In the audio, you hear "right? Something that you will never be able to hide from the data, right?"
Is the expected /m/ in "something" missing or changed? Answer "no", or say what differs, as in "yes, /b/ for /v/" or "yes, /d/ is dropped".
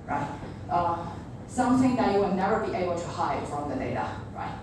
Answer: yes, /m/ is dropped